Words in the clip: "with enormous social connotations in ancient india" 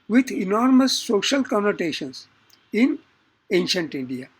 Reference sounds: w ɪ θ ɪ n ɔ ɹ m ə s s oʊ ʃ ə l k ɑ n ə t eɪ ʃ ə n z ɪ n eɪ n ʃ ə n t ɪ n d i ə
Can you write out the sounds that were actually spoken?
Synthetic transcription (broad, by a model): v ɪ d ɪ n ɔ ɹ m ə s s oʊ ʃ ə l k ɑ n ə t eɪ ʃ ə n s ɪ n eɪ n ʃ ə n t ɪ n d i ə